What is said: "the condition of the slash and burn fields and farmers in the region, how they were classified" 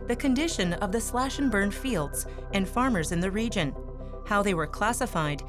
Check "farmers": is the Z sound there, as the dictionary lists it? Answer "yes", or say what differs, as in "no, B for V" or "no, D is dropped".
yes